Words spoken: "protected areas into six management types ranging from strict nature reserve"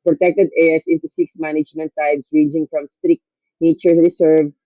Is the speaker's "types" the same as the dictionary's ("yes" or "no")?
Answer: no